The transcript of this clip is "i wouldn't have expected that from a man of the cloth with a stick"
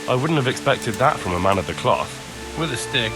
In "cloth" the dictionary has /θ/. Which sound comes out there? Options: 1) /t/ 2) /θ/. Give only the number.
2